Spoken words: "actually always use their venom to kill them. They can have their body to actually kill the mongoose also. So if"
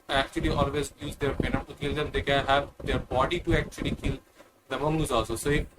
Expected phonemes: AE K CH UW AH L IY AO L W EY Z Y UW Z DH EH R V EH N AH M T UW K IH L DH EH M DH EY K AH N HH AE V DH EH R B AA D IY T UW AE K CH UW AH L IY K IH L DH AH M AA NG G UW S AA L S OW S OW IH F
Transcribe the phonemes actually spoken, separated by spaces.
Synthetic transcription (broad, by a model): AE K CH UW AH L IY AO L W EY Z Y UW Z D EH R P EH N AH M T UW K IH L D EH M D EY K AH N HH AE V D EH R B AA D IY T UW AE K CH UW AH L IY K IH L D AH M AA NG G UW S AA L S OW S OW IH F